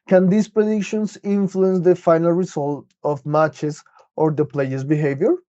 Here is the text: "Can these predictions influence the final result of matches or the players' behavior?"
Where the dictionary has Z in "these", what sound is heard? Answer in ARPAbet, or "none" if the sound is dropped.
S